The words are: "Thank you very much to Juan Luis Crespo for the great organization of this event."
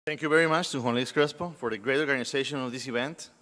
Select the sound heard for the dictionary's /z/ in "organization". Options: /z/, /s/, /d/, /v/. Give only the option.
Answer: /s/